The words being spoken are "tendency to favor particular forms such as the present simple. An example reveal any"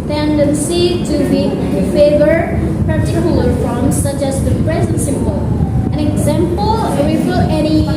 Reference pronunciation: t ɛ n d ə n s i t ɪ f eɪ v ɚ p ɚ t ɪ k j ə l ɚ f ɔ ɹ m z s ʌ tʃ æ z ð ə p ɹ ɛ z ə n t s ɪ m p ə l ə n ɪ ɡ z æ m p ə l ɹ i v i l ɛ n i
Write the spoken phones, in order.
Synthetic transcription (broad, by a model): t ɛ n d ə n s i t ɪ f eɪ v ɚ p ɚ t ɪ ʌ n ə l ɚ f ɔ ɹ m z s ʌ tʃ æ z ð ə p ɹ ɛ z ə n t s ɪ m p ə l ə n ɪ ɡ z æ m p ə l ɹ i f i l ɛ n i